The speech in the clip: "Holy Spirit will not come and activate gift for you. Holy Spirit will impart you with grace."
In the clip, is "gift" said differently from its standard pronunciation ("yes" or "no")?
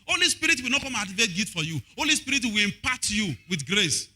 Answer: yes